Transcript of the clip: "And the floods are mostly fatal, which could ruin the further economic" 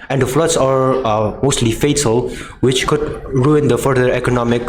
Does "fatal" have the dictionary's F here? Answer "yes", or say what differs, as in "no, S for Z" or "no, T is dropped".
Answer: yes